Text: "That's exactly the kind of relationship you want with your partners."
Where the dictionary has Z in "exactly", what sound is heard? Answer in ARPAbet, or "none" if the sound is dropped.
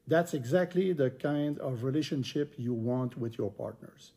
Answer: Z